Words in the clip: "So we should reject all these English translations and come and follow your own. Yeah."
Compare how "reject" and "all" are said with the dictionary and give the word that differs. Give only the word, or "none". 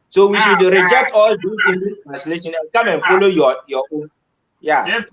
none